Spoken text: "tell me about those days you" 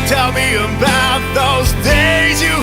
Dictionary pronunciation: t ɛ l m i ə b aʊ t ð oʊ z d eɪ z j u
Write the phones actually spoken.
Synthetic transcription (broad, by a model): t ɛ l m i ə b aʊ t ð oʊ z d eɪ z j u